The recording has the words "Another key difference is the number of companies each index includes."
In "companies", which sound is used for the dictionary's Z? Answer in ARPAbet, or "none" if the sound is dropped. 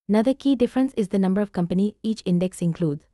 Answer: none